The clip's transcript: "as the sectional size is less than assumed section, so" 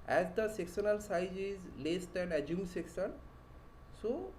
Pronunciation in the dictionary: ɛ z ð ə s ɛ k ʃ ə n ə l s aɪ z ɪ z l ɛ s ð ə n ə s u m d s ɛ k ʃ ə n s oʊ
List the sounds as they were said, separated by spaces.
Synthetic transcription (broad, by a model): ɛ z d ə s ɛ k s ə n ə l s aɪ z ɪ z l ɛ s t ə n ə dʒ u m s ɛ k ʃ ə n s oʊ